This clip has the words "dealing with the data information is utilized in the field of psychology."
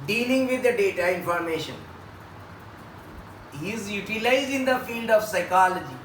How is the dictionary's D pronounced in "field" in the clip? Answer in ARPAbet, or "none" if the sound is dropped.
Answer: D